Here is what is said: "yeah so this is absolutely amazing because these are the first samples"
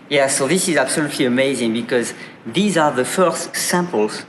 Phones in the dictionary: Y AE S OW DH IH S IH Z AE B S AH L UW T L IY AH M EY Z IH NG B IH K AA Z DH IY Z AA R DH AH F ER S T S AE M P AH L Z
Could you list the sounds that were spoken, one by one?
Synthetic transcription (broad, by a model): Y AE S OW DH IH S IH Z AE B S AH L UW T L IY AH M EY Z IH NG B IH K AA Z DH IY Z AA R DH AH F ER S T S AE M P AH L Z